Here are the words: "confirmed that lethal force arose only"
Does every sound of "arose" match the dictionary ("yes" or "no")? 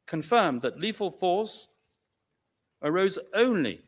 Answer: yes